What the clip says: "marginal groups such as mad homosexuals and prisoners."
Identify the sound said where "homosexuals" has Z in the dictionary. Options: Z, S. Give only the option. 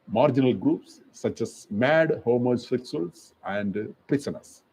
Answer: S